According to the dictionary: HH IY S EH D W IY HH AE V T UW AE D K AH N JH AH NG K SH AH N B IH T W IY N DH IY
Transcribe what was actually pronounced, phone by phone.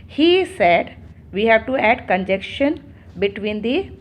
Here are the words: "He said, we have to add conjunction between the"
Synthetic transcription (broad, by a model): HH IY S EH D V IY HH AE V T UW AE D K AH N JH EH K SH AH N B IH T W IY N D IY